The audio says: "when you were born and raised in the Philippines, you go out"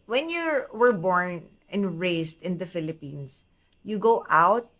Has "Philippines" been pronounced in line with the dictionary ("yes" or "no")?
no